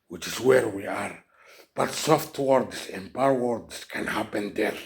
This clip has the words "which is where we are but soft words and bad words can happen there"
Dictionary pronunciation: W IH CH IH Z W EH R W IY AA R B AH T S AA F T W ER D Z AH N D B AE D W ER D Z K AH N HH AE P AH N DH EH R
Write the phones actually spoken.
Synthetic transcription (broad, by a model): W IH CH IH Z W EH R W IY AA R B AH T S AA F T W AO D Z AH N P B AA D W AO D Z K AH N HH AE P AH N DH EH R